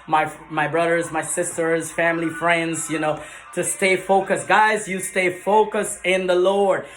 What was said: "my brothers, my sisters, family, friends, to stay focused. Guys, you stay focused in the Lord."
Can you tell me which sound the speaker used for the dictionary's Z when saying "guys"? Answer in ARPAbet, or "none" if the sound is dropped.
Z